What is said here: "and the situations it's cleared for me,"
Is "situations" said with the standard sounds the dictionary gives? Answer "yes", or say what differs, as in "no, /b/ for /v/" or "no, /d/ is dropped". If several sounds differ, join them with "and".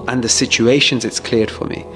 yes